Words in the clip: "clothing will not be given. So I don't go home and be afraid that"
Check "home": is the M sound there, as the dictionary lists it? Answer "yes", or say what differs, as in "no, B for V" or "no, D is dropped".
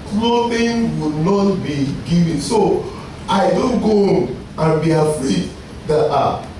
no, M is dropped